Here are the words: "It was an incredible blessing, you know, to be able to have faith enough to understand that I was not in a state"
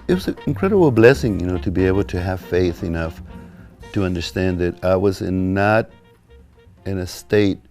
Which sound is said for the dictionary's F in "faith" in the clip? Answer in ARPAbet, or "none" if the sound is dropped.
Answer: F